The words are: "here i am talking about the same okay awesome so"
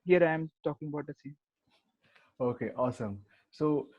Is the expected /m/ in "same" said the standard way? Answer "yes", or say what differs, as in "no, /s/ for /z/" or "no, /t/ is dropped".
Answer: no, /m/ is dropped